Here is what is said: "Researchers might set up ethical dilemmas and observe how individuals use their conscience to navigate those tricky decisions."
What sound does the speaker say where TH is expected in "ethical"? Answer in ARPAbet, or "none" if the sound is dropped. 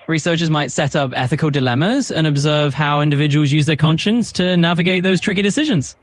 TH